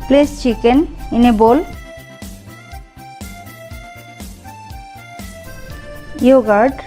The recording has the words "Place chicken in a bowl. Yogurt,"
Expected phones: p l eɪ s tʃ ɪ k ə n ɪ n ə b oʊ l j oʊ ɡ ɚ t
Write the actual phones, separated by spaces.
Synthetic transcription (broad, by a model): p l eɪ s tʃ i k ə n ɪ n ə b oʊ l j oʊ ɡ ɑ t